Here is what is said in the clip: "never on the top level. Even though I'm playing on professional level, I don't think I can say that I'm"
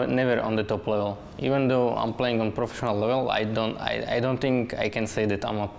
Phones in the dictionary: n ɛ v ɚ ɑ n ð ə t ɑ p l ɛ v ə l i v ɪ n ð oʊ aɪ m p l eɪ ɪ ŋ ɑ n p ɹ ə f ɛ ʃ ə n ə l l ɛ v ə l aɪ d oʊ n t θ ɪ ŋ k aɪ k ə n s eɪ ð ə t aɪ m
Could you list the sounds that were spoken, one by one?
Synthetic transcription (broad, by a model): n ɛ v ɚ ɑ n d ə t ɑ p l ɛ v ə l i v ɪ n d oʊ aɪ m p l eɪ ɪ ŋ ɑ n p ɹ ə f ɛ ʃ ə n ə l l ɛ v ə l aɪ d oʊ n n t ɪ ŋ k aɪ k ə n s eɪ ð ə t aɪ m